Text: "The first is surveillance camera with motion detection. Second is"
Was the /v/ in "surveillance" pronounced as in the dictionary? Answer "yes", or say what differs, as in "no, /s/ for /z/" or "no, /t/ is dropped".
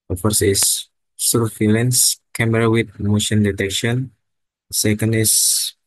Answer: no, /f/ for /v/